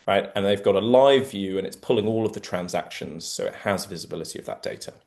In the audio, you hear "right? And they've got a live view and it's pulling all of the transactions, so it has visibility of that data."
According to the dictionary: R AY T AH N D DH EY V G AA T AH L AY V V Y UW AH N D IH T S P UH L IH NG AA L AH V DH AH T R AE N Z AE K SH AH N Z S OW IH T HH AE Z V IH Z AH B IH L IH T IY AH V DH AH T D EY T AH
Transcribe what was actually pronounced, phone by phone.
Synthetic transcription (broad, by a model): R AY T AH N DH EY V G AA T AH L AY V V Y UW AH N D IH T S P UH L IH NG AA L AH V DH AH T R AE N Z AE K SH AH N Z S OW IH T HH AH Z V IH Z AH B IH L IH T IY AH V DH AH T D EY T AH